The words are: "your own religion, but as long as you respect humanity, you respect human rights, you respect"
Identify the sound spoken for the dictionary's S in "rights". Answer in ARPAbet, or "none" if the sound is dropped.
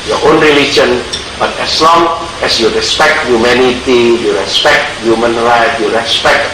none